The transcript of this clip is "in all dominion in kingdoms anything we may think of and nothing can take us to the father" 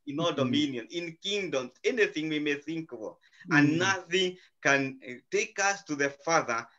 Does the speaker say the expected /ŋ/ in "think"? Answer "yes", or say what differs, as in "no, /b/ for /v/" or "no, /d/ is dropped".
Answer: yes